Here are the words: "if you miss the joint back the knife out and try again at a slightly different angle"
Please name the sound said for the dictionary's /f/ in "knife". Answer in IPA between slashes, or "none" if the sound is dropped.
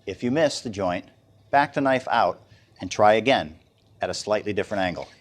/f/